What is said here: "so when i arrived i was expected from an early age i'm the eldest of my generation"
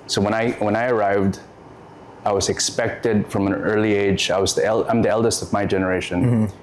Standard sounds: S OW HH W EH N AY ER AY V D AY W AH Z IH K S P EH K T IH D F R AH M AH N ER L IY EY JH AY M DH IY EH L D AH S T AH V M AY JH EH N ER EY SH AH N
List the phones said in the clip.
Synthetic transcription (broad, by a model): S OW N W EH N AY ER AY V D AY W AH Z IH K S P EH K T IH D F R AH M AH N ER L IY EY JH AY M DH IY EH L D AH S T AH V M AY JH EH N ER EY SH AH N